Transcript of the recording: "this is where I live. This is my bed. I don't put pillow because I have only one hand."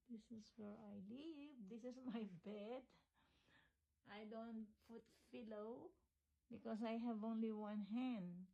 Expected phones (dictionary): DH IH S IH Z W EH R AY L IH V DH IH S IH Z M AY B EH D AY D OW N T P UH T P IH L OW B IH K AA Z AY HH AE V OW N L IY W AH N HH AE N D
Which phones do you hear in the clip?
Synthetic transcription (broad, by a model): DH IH S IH S W EH R AY L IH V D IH S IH S M AY B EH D AY D OW N T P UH T F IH L OW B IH K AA S AY HH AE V OW N L IY W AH N HH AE N D